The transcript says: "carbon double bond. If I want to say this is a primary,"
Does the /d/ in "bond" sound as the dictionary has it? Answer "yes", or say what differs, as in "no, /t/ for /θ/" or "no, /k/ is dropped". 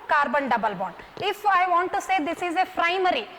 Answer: no, /d/ is dropped